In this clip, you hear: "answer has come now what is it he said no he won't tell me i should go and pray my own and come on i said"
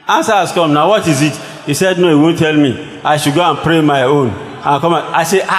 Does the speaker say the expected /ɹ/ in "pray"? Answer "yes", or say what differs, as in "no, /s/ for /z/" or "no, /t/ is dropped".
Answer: yes